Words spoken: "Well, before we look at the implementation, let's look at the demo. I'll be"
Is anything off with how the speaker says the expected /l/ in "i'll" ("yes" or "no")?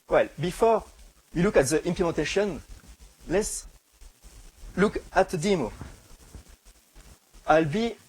no